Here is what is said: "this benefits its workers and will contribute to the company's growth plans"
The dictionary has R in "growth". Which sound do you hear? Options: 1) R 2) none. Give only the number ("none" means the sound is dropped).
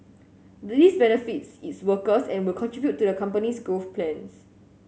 2